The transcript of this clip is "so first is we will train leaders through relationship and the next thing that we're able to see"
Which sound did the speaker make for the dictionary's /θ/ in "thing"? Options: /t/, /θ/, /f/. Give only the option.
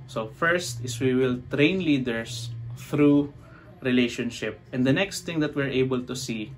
/t/